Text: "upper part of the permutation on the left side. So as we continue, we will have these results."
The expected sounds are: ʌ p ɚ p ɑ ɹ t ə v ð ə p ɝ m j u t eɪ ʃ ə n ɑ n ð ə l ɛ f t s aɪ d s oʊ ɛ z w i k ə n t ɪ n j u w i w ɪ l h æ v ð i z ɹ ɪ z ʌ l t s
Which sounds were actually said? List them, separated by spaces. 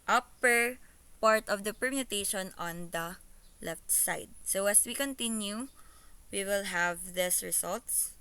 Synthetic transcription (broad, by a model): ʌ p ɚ p ɑ ɹ t ə v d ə p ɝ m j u t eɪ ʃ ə n ɑ n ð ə l ɛ f t s aɪ d s oʊ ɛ s w i k ə n t ɪ n j u w i w ɪ l h æ v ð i s ɹ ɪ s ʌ l t s